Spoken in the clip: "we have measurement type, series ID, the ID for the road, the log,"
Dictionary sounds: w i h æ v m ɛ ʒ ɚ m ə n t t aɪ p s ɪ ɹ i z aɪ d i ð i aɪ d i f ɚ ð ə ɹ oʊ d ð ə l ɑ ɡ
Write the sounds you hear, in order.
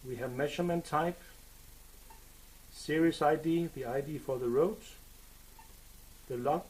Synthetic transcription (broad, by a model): w i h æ v m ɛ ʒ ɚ m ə n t t aɪ p s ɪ ɹ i s aɪ d i ð i aɪ d i f ɚ ð ə ɹ oʊ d ð ə l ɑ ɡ